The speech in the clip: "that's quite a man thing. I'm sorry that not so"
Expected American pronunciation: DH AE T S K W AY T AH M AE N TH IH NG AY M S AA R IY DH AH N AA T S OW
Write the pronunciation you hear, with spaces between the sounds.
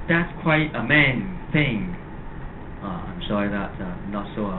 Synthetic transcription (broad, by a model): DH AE T S K W AY T AH M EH N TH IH NG AY M SH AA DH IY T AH N AA T S OW